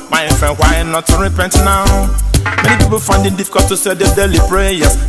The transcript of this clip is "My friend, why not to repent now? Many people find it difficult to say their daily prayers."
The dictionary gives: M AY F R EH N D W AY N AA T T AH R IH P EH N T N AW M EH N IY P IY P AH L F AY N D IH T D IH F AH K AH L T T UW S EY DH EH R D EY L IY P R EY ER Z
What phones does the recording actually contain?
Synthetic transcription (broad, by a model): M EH F EH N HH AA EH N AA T T AH R IH P EH N T N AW M EH N IY P IY P AH L F AY N D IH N D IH F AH K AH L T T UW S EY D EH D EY L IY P R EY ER